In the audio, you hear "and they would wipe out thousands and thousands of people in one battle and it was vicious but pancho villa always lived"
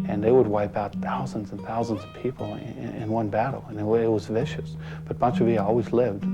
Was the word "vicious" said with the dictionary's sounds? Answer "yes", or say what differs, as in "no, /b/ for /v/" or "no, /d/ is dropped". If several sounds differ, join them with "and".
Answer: yes